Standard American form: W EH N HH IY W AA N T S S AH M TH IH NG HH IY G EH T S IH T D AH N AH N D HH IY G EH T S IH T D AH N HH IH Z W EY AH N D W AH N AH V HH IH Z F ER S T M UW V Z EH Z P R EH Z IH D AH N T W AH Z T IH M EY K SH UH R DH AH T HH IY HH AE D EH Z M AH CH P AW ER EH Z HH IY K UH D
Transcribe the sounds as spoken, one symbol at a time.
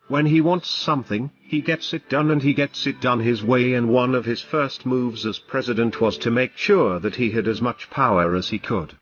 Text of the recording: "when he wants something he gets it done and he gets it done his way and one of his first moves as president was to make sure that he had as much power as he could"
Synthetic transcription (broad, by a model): W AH N IY W AA N T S S AH M TH IH NG IY G EH T S IH T D AH N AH N IY G EH T S IH T D AH N IH Z W EY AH N W AH N AH V IH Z F ER S T M UW V Z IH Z P R EH Z IH D AH N T W AH Z T IH M EY K SH UH R DH AH T HH IY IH D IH Z M AH CH P AW ER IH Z IY K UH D